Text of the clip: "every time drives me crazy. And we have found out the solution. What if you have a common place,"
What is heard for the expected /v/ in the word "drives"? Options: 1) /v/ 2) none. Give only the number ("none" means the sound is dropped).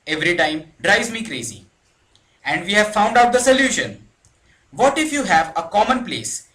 2